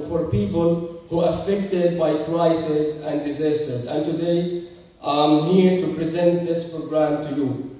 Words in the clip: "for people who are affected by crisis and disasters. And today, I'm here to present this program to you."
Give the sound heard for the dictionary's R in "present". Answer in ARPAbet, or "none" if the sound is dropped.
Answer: R